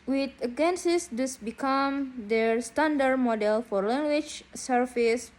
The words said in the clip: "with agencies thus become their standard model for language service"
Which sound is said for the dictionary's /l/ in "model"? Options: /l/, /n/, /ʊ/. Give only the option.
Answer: /l/